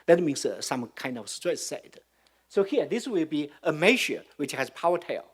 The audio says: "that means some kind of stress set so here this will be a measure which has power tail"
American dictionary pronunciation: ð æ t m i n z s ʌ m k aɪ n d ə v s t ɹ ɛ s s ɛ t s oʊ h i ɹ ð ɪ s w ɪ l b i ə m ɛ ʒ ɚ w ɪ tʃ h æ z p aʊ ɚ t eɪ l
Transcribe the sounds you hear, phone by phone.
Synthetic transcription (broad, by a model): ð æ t m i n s s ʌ m k aɪ n d ə v s t ɹ ɛ s s ɛ t s oʊ h i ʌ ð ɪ s w ɪ l b i ə m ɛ ʃ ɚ w ɪ tʃ h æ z p aʊ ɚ t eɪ l